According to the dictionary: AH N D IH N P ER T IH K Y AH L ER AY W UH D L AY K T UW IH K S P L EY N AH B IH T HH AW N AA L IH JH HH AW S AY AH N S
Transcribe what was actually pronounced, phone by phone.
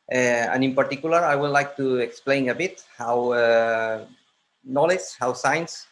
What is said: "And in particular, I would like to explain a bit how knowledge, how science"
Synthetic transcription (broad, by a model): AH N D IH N P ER T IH K Y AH L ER AY W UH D L AY K T UW IH K S P L EY N AH B IH T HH AW N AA L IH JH HH AW S AY N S